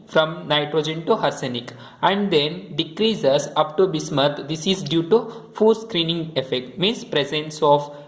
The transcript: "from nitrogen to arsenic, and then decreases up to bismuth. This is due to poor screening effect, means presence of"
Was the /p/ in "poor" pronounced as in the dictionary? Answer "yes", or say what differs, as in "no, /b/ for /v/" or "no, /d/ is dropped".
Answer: no, /f/ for /p/